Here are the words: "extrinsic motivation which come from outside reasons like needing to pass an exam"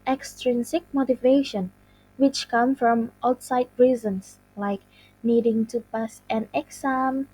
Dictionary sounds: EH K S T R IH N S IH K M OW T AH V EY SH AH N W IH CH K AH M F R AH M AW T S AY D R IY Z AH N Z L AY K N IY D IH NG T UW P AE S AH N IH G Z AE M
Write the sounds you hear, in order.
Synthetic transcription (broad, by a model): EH K S T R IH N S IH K M OW T AH V EY SH AH N W IH CH K AH M F R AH M AW T S AY D R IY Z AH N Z L AY K N IY D IH NG T UW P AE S AH N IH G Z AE M